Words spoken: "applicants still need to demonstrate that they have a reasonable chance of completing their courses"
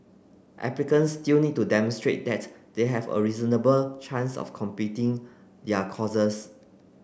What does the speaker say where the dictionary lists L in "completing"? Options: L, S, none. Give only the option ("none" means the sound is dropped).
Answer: none